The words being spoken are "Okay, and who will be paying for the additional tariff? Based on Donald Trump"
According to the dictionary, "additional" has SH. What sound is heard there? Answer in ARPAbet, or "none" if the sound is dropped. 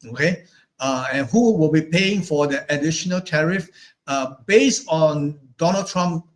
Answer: SH